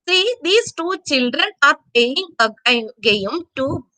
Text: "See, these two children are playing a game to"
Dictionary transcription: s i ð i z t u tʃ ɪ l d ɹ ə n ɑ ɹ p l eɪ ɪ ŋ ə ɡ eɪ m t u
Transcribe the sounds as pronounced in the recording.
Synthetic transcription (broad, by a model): s i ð i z t u tʃ ɪ l d ɹ ə n ɑ ɹ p eɪ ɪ ŋ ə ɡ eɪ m t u